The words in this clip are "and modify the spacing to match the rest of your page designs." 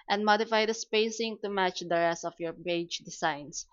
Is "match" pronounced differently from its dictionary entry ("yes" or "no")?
no